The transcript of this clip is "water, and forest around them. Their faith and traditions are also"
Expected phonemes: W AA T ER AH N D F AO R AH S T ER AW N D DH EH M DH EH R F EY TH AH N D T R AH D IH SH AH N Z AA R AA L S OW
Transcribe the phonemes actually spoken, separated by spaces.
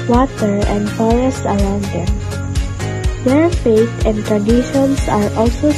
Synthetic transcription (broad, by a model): W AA T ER AH N D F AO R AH S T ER AW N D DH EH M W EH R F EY T AH N D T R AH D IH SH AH N S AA R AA L S OW